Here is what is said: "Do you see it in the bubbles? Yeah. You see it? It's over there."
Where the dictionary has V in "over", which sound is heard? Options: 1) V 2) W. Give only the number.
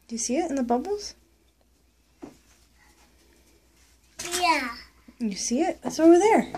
2